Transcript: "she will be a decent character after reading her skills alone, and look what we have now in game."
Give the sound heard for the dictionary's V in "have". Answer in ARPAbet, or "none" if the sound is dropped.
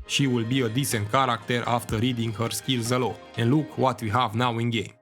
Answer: V